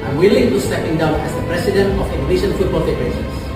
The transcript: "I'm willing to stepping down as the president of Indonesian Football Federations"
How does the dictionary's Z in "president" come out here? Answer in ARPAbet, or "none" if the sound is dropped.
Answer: S